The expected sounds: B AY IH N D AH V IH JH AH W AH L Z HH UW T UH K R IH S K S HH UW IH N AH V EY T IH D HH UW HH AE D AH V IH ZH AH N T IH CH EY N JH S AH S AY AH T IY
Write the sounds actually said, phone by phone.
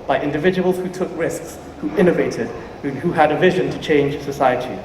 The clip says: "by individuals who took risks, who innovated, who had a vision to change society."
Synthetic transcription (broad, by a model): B AY IH N D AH V IH JH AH W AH L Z HH UW T UH K R IH S K S HH UW IH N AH V EY T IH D HH UW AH D AH V IH ZH AH N T IH CH EY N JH S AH S AY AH T IY